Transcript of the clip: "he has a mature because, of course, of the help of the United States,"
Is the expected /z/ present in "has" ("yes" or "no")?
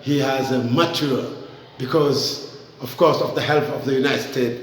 yes